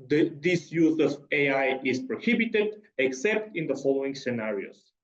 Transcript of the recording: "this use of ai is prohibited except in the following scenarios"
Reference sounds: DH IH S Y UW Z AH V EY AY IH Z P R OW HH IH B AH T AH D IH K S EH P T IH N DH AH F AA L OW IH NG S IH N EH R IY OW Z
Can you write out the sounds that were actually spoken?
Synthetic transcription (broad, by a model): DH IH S Y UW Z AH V EY AY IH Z P R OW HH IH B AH T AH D IH K S EH P T IH N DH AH F AA L OW IH NG S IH N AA R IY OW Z